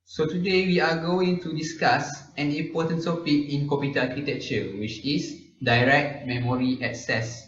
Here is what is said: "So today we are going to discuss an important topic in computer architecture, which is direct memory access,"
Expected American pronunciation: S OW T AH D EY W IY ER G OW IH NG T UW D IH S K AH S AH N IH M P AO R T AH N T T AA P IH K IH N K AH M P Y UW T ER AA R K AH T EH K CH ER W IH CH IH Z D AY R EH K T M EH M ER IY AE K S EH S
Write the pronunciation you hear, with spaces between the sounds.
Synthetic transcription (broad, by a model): S OW T AH D EY W IY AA G OW IH NG T UW D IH S K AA S AH N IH M P AO T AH N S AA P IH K IH N K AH P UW T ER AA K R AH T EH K CH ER W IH CH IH S D AY R EH K T M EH M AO IY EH K S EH S